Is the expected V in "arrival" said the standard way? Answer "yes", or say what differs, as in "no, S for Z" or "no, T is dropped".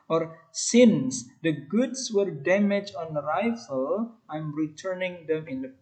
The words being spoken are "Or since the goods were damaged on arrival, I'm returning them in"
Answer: no, F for V